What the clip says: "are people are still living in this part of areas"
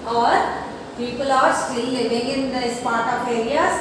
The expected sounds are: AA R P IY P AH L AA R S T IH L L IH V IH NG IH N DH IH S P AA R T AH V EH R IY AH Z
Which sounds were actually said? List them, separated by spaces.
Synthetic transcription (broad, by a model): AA R P IY P AH L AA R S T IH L L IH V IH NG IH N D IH S P AA R T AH P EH R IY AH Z